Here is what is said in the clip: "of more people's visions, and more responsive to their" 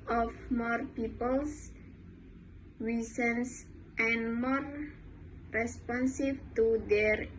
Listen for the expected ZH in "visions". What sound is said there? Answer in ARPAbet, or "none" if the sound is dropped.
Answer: S